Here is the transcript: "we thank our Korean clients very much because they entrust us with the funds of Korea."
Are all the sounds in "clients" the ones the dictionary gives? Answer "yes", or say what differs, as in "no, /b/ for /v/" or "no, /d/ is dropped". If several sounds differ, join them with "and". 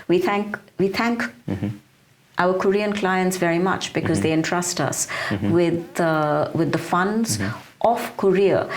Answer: yes